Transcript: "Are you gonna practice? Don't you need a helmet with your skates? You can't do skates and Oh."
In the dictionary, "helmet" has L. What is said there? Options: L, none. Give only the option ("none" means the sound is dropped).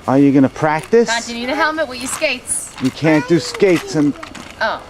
L